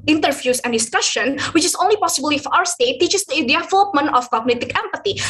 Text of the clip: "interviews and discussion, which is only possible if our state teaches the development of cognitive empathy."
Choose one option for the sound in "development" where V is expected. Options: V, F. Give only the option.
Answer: F